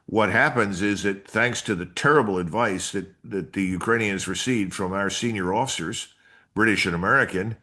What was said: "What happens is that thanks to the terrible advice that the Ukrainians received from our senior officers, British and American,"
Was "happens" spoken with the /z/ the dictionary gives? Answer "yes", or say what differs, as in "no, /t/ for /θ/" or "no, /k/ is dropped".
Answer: yes